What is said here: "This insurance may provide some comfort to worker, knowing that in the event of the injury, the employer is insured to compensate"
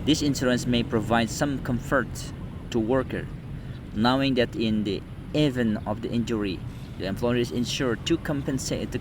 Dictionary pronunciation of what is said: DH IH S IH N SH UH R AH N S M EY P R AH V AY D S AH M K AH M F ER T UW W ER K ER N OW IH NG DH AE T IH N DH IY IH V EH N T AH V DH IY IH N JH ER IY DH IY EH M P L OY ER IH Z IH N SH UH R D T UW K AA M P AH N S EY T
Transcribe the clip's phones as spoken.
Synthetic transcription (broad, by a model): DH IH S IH N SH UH R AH N S M EY P R AH V AY D S AH M K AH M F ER T UW W ER K ER N OW IH NG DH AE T IH N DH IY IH V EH N AH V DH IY IH N JH ER IY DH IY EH M P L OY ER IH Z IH N SH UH R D T UW K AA M P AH N S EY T